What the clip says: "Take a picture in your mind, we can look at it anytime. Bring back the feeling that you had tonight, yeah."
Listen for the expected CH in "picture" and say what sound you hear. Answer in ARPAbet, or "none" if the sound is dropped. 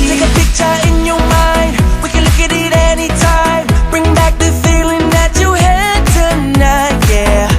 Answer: CH